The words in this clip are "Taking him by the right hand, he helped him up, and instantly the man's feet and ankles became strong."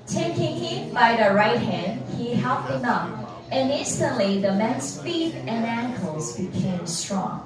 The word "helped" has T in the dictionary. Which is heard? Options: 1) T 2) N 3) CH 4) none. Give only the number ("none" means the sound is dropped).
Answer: 4